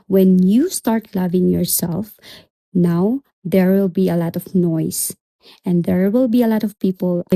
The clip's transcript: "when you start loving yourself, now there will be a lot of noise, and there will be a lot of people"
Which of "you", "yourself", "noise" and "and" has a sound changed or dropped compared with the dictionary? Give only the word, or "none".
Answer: noise